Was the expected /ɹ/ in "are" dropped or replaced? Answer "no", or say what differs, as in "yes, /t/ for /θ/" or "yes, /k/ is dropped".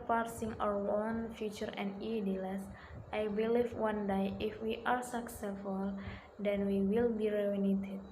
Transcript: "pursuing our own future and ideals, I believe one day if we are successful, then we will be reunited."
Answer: no